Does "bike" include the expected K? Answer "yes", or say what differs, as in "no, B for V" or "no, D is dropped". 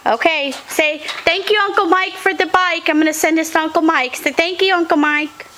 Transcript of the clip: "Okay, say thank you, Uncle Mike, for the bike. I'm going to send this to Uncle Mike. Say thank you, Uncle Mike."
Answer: yes